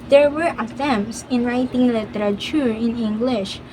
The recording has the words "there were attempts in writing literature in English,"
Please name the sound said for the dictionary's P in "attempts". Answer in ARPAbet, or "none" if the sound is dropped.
none